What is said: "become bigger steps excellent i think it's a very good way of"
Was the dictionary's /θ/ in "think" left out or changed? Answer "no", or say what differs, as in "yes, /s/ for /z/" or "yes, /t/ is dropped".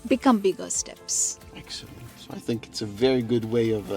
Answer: no